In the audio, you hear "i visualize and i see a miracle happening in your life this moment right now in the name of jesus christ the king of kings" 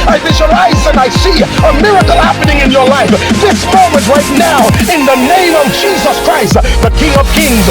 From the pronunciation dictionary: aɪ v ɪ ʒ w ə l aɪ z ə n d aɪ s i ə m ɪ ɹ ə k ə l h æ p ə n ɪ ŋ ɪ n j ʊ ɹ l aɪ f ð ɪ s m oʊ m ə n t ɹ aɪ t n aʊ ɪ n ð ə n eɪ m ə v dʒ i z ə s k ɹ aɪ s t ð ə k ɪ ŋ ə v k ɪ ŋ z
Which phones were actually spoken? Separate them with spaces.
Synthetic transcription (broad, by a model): aɪ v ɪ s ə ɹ aɪ z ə n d aɪ s i ə m ɪ ɹ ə k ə l h æ p ə n ɪ ŋ ɪ n j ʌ ɹ l aɪ f ð ɪ s m oʊ m ə n t ɹ aɪ t n aʊ ɪ n ð ə n eɪ m ə v dʒ i z ə s k ɹ aɪ s t ð ə k ɪ ŋ ə v k ɪ ŋ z